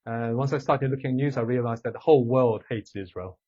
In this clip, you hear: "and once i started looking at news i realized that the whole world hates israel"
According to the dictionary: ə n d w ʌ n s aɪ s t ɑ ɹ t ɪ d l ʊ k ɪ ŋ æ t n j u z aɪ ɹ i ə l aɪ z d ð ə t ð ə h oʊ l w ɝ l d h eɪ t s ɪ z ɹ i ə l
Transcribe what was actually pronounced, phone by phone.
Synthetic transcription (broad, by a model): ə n w ʌ n s aɪ s t ɑ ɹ t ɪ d l ʊ k ɪ ŋ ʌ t n j u z aɪ ɹ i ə l aɪ z ð ə t ð ə h oʊ l w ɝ l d h eɪ t s ɪ z ɹ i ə l